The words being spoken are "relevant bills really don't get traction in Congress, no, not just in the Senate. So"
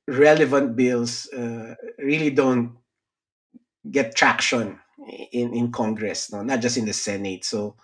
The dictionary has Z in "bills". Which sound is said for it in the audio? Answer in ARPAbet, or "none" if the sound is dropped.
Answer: S